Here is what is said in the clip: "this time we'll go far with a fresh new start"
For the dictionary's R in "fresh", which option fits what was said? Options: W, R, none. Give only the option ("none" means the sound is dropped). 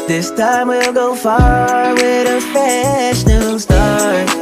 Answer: none